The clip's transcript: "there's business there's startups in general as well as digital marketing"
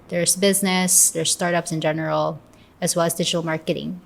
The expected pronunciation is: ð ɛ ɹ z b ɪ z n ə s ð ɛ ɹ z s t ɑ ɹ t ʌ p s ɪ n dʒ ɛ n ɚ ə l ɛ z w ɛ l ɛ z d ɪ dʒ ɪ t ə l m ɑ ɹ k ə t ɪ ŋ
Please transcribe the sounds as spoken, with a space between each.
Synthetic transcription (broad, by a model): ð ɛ ɹ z b ɪ z n ə s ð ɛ ɹ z s t ɑ ɹ t ʌ p s ɪ n dʒ ɛ n ɚ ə l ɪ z w ɛ l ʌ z d ɪ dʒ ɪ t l m ɑ ɹ k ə t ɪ ŋ